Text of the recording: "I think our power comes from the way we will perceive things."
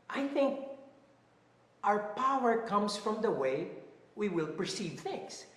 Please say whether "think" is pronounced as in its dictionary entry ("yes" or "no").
yes